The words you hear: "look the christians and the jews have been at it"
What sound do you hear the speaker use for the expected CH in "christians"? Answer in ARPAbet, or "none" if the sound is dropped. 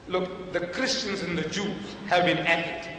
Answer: CH